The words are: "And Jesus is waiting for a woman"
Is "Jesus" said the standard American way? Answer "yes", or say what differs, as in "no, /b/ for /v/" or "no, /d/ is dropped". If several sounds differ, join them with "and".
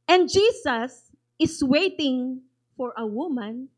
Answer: no, /s/ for /z/